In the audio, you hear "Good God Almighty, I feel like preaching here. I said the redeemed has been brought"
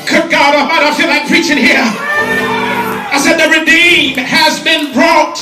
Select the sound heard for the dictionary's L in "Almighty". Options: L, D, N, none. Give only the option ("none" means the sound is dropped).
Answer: none